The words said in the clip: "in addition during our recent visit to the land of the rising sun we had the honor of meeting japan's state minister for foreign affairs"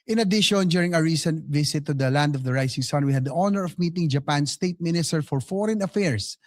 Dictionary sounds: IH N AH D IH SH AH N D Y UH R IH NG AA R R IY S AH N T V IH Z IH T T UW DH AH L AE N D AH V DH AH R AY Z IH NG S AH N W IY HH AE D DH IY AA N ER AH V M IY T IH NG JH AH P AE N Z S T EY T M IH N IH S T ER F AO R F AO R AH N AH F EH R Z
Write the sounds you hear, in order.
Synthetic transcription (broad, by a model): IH N AH D IH SH AH N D Y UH R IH NG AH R R IY S AH N T V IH S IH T T UW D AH L AE N D AH V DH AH R AY S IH NG S AH N W IY HH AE D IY AA N ER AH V M IY T IH NG JH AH P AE N S T EY T M IH N IH S T ER F AO R F AO R AH N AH F EH R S